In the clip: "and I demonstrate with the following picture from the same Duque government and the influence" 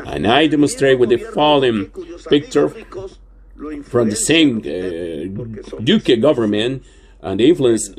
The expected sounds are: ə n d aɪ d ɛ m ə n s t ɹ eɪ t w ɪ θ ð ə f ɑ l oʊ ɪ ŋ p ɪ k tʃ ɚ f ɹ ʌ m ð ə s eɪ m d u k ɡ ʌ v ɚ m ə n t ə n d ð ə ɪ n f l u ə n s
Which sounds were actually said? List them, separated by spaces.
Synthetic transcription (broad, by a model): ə n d aɪ d ɛ m ə n s t ɹ eɪ t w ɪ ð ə f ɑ l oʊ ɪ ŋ p ɪ k tʃ ɚ f ɹ ʌ m ð ə s eɪ m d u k ɡ ʌ v ɚ m ə n t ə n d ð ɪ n f l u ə n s